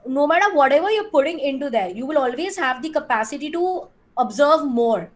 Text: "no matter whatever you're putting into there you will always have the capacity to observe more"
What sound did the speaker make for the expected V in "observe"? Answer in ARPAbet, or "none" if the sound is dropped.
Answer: V